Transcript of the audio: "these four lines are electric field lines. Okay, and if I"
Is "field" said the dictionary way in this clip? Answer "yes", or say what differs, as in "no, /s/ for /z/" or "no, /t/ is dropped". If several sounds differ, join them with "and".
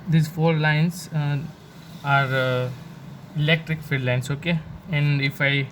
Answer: no, /l/ is dropped